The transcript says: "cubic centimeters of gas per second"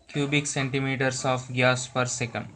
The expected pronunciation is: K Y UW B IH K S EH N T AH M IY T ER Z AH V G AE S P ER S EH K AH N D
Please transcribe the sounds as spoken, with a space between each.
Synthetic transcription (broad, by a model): K Y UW B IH K S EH N T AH M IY T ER S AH F G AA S P ER S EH K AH N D